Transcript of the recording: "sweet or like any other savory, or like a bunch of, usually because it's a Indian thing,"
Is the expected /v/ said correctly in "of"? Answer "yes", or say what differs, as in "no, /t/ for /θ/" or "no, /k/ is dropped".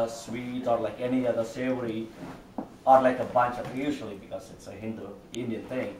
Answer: no, /p/ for /v/